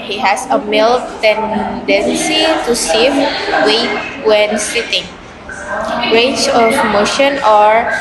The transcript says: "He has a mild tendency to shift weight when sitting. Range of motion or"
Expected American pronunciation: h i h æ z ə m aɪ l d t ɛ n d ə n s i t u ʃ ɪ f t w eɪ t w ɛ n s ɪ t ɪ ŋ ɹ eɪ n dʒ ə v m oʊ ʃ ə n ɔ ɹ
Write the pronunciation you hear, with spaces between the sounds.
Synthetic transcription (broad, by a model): h i h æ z ə m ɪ l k t ɛ n d ə n s i t u s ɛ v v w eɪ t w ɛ n s ɪ t ɪ ŋ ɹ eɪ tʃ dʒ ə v m oʊ ʃ ə n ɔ ɹ